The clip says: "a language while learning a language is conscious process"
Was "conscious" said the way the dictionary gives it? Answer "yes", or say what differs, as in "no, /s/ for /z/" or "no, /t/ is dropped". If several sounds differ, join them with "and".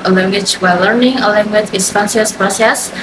no, /s/ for /ʃ/